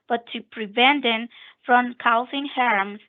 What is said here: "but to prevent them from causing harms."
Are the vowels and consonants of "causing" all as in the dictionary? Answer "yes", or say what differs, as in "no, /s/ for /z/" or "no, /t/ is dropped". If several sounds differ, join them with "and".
no, /s/ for /z/